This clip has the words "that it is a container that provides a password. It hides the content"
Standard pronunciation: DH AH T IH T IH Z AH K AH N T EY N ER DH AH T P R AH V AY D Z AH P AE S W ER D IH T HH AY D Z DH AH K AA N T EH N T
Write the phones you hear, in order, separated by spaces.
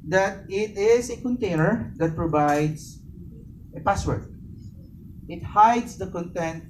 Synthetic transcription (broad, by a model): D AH T IH T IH S AH K AH N T EY N ER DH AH T P R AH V AY D S AH P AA S W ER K IH T HH AY D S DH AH K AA N T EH N T